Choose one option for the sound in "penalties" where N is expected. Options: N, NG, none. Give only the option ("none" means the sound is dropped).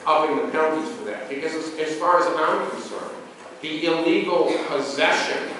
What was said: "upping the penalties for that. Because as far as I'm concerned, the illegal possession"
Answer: none